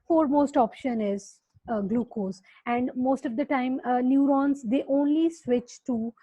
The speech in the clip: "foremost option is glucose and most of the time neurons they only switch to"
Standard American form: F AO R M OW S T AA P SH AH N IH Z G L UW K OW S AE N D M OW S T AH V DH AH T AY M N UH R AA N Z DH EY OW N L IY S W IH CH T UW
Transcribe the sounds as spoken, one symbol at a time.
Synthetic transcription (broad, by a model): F AO R M OW S T AA P SH AH N IH Z G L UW K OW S AE N D M OW S T AH V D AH T AY M N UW R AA N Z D EY OW N L IY S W IH CH T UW